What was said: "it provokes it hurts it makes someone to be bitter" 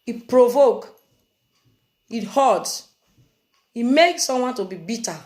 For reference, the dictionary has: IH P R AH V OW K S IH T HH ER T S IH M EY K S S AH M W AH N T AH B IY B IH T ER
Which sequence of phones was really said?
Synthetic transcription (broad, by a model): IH P R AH V OW K IH T HH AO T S IH M EY K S S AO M W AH N T AH B IY B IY T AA